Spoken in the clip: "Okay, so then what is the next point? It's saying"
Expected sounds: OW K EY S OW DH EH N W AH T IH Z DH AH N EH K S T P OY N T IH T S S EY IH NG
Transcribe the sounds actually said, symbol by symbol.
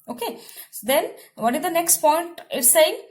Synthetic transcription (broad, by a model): OW K EY S OW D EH N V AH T IH Z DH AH N EH K S T P OY N T IH T S S EY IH NG